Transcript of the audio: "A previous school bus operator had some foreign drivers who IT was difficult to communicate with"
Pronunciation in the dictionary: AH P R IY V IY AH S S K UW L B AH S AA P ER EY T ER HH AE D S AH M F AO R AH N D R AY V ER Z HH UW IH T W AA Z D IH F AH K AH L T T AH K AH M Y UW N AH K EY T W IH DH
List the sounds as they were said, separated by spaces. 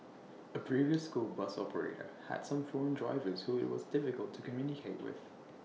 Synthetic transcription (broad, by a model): AH P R IY V IY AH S S K UW L B AH S AA P ER EY T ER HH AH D S AH M F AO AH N D R AY V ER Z HH UW IH T W AA Z D IH F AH K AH L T T AH K AH M Y UW N AH K EY T W IH DH